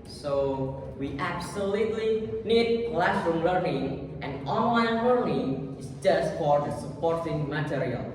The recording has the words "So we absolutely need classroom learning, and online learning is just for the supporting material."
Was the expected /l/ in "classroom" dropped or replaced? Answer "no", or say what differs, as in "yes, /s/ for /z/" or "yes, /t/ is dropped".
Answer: no